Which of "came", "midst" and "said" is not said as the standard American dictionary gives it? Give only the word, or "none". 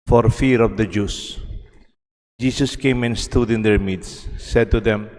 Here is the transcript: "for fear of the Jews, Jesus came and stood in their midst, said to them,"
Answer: midst